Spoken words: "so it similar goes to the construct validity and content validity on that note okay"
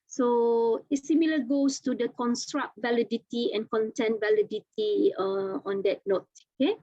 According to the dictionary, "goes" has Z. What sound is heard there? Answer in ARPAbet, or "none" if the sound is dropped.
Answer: S